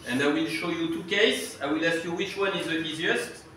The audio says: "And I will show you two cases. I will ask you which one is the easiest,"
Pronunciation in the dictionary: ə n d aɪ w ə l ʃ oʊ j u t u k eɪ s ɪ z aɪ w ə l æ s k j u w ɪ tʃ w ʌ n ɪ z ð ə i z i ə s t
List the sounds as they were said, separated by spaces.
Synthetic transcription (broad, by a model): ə n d aɪ w ə l ʃ oʊ j u t u k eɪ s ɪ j w ə l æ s j u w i tʃ w ʌ n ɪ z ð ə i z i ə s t